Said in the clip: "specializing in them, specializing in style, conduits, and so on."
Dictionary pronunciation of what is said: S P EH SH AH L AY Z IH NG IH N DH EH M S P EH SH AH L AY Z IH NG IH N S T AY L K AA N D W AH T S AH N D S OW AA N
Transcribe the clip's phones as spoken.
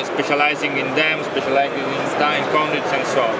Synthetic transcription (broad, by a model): S P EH SH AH L AY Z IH NG IH N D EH M S P EH SH AH L AY Z IH NG IH N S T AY N K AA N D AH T S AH N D S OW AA